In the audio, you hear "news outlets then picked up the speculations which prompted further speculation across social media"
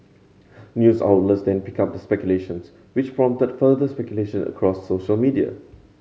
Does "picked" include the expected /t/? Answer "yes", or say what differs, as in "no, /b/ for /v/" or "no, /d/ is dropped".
no, /t/ is dropped